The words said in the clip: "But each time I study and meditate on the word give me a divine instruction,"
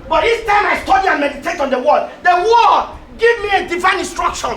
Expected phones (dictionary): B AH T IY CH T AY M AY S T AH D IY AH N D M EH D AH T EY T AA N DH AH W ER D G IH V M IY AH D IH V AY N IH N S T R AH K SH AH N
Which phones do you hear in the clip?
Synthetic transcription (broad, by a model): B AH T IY S T AY M AY S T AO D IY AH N M EH D AH T EY T AA N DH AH W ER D G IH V M IY AH D IH V AY N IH N S T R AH K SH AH N